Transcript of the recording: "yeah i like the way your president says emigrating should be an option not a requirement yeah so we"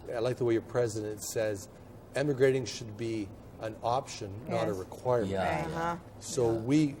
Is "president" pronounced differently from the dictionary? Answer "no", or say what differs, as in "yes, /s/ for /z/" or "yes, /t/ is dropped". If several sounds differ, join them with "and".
no